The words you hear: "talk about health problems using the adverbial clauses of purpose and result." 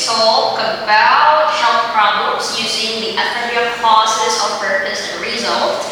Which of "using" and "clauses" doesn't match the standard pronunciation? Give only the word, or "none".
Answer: clauses